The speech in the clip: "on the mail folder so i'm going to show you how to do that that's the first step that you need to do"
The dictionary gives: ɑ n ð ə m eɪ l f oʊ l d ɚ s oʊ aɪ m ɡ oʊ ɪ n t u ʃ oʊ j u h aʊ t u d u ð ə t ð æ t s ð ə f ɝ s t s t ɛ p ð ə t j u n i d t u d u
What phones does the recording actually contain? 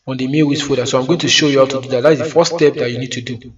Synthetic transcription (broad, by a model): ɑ n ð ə m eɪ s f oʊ d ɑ s oʊ aɪ m ɡ oʊ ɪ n t u ʃ oʊ j u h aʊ t u d u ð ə t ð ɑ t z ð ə f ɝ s s t ɛ p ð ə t j u n i d t u d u